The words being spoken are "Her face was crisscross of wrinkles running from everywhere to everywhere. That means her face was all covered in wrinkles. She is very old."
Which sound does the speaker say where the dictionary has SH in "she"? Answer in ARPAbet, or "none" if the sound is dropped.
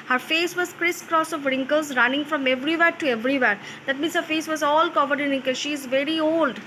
SH